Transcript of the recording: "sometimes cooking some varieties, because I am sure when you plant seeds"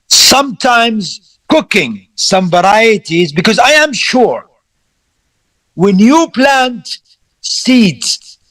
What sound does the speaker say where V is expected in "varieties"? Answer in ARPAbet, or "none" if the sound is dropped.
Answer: V